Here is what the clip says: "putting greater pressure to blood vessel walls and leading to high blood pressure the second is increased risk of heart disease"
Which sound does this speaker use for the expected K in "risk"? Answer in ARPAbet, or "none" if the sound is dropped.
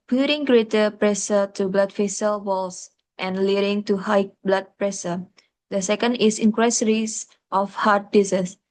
none